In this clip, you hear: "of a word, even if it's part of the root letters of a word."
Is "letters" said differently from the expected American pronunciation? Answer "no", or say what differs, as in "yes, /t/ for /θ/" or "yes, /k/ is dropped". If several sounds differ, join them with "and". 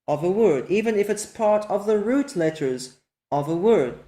no